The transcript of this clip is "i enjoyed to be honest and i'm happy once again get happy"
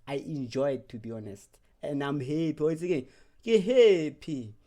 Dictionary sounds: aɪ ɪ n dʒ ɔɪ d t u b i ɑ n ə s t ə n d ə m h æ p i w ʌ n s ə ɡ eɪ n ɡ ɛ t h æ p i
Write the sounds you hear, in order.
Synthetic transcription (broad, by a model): aɪ ɪ n dʒ ɔɪ d t u b i ɑ n ə s t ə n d ə m h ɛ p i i s ə ɡ eɪ n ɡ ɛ h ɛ p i